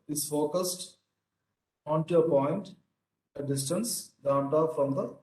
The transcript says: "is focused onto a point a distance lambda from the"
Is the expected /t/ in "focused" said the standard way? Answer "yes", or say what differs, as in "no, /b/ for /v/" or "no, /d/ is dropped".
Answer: yes